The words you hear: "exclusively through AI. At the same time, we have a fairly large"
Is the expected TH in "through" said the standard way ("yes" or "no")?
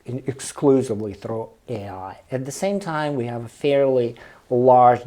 yes